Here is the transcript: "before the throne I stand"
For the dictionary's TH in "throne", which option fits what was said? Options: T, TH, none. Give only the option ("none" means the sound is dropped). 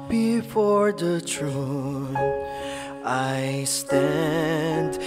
T